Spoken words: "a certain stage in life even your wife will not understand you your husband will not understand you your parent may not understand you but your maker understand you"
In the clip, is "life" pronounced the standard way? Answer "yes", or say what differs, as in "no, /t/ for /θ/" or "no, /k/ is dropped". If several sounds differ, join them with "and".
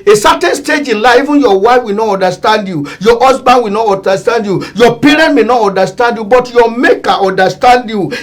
no, /f/ is dropped